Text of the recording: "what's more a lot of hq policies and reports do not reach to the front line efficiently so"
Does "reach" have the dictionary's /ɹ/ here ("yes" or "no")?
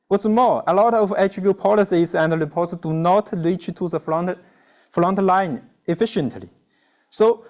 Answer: no